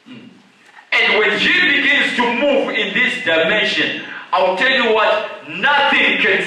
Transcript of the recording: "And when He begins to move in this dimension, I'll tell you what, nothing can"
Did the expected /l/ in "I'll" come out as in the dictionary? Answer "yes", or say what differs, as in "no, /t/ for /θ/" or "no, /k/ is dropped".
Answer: no, /w/ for /l/